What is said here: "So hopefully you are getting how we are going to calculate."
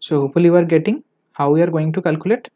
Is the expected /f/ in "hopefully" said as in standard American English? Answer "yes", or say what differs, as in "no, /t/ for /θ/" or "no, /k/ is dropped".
no, /f/ is dropped